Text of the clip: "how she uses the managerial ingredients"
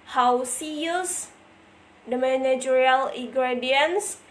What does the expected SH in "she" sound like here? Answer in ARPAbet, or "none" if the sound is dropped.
S